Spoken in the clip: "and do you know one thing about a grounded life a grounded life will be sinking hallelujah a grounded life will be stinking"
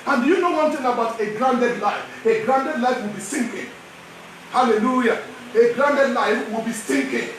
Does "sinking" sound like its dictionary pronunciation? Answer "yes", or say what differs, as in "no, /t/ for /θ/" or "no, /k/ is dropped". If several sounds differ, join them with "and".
yes